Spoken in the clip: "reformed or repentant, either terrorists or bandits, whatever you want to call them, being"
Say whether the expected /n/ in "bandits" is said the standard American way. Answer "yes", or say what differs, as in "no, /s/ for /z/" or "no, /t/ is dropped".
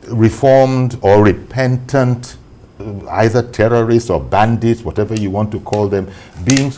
yes